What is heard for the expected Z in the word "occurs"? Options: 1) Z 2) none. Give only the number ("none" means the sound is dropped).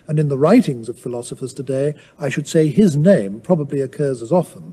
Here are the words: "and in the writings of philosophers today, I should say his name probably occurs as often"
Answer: 1